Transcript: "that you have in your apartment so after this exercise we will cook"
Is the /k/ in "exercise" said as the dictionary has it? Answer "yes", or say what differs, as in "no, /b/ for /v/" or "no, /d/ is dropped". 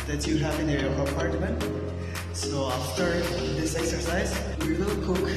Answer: yes